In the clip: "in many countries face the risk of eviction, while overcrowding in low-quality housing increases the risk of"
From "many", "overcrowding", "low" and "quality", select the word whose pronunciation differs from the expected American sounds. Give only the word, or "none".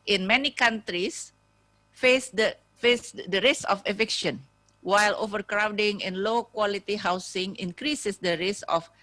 none